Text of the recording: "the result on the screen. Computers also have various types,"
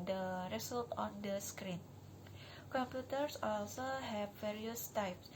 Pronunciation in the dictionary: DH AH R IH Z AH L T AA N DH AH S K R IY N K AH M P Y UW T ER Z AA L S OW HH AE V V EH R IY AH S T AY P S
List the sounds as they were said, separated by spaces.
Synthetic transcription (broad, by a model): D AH R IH S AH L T AA N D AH S K R IY N K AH M P Y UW T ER S AA L S OW HH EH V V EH R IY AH S T AY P S